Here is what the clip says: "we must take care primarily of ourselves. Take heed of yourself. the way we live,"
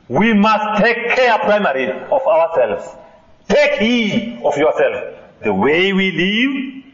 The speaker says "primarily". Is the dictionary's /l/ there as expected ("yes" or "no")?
no